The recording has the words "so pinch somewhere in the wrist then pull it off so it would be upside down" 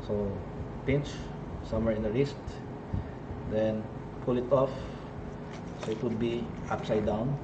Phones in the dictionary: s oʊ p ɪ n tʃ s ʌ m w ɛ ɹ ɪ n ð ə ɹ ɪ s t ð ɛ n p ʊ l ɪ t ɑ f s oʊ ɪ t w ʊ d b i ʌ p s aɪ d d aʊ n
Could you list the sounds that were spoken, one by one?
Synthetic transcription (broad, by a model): s oʊ p ɪ n tʃ s ʌ m w ɛ ɹ ɪ n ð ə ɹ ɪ s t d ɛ n p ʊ l ɪ t ɑ f s oʊ ɪ t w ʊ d b i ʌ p s aɪ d d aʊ n